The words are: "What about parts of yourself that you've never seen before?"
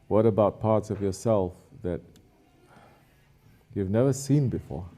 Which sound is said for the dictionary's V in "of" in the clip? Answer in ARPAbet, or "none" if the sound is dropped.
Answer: V